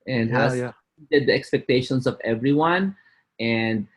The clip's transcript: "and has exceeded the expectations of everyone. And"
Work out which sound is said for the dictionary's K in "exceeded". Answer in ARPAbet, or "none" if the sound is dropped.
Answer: none